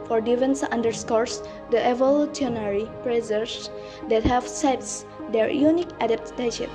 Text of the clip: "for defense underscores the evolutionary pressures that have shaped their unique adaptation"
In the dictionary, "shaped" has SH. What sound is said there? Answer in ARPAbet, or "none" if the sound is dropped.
S